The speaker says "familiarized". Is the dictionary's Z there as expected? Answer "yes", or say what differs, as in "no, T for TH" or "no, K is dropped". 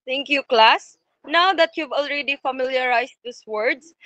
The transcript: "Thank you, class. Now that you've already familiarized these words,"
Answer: no, S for Z